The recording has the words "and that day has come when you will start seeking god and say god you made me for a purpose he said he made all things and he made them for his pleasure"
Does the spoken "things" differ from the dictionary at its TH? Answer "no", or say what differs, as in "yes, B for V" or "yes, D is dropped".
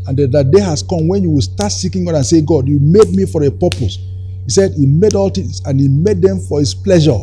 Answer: yes, T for TH